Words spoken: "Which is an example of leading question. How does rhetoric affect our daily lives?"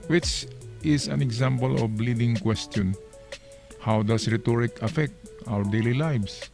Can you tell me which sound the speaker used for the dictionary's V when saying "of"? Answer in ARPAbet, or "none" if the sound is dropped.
B